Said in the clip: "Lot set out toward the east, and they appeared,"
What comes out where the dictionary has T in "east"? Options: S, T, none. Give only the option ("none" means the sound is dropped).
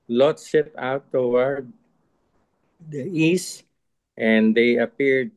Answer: T